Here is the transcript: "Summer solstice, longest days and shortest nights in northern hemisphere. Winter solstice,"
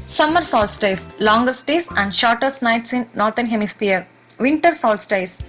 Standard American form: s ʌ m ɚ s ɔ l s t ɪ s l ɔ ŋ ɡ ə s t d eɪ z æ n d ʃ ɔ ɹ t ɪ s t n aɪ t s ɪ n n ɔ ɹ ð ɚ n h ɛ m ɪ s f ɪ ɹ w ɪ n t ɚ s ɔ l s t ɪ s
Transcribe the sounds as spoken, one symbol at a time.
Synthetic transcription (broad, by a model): s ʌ m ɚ s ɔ l s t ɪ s l ɔ ŋ ɡ ə s t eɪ s æ n d ʃ ɔ ɹ t ɪ s t n aɪ t s ɪ n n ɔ ɹ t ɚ n h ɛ m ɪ s p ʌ ɹ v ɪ n t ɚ s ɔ l s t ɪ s